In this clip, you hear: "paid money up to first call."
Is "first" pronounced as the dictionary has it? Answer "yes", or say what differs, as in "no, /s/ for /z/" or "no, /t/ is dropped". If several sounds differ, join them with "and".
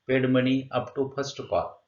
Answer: no, /p/ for /f/